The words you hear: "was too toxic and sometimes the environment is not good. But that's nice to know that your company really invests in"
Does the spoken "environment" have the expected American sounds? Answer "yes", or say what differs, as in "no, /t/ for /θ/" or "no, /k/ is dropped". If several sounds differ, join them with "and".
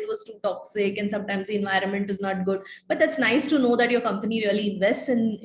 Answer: yes